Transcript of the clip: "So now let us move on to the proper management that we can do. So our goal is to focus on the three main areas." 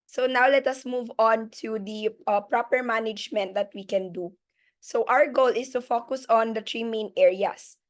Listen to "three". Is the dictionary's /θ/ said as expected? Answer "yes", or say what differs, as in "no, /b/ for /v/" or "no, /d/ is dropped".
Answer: no, /t/ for /θ/